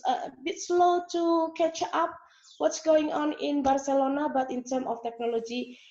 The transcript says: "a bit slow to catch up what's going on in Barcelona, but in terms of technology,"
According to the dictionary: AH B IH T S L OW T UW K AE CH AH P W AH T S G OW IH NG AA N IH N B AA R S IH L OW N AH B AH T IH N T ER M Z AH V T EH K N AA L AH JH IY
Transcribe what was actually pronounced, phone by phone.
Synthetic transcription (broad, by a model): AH B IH T S L OW T UW K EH CH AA P W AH T S G OW IH NG AA N IH N B AA R S IH L OW N AH B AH T IH N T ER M AH F T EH K N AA L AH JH IY